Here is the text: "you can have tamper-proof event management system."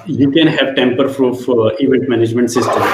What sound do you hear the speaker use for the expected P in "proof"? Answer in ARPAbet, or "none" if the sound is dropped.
F